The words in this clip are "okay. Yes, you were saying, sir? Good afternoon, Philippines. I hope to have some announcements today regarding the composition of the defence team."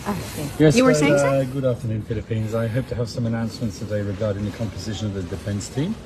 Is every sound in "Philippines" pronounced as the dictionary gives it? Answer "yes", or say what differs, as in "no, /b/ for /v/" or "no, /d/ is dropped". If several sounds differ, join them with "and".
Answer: yes